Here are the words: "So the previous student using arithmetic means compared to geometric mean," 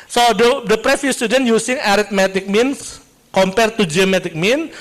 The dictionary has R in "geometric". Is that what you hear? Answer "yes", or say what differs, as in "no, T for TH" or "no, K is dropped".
no, R is dropped